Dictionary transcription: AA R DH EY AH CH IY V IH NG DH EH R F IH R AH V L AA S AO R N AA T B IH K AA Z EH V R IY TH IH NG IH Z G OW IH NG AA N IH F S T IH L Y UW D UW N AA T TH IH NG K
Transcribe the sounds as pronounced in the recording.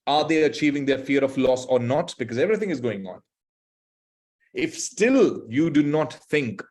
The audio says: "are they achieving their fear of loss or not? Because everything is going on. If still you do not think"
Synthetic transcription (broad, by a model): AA R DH EY AH CH IY V IH NG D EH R F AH R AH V L AA S AO R N AA T B IH K AA Z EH V R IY T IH NG IH Z G OW IH NG AA N IH F S T IH L Y UW D UW N AA T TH IH NG K